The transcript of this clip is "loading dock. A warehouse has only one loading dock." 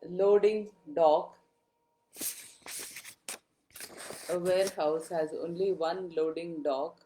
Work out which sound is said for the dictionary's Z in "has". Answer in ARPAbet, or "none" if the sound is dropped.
Z